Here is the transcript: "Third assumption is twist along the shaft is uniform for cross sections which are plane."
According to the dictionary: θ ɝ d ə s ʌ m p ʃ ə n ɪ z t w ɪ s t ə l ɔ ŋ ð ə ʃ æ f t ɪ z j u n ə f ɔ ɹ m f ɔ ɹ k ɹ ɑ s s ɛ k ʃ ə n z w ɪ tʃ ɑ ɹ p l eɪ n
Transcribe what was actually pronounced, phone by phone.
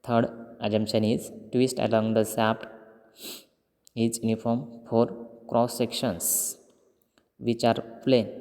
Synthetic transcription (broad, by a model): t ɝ d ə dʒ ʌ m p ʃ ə n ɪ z t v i s t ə l ɔ ŋ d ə s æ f t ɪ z j u n ə f ɔ ɹ m f ɔ ɹ k ɹ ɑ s s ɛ k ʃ ə n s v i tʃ ɑ ɹ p l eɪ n